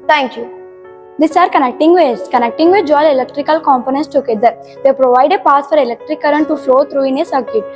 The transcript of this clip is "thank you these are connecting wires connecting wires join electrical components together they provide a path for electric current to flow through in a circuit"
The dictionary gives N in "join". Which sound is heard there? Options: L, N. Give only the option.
L